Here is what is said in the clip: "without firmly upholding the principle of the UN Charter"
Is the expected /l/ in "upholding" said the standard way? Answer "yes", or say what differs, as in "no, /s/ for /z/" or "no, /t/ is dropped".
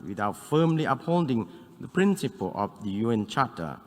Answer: yes